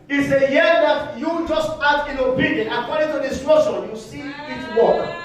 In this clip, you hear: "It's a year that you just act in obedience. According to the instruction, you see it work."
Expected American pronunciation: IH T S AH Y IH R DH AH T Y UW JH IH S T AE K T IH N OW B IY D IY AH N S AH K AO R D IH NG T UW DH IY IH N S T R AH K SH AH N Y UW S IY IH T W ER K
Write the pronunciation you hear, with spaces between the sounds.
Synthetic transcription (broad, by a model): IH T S AH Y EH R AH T Y UW JH IH S T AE T IH N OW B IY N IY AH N AH K AO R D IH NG T UW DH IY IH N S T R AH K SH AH N Y UW S IY IH T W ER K